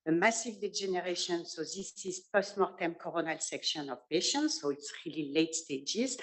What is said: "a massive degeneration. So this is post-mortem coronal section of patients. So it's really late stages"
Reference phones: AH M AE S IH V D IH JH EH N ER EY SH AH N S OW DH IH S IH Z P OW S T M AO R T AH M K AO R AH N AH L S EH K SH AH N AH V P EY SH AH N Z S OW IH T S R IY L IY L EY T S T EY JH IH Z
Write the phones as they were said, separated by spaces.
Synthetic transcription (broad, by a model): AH M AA S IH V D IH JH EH N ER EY SH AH N S OW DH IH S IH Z P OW S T M AO R T AH M K AO R AH N AH L S EH K SH AH N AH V P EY SH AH N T S OW IH T S R IY L IY L EY T S T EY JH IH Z